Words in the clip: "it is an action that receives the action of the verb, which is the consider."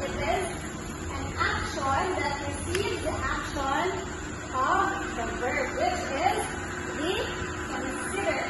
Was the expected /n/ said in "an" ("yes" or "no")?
yes